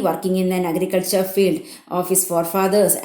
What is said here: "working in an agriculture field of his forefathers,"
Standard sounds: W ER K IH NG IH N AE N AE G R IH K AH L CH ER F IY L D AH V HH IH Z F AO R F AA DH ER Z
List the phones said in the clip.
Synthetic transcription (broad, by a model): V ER K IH NG IH N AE N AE G R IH K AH L CH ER F IY L D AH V HH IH S F AO R F AA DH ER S